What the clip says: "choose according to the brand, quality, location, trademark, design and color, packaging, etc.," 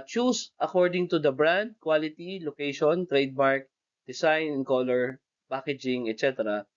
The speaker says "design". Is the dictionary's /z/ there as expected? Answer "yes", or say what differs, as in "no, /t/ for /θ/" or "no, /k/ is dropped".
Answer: no, /s/ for /z/